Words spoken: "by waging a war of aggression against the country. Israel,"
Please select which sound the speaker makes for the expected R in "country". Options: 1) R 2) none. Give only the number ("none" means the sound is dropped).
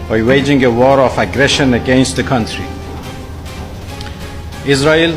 1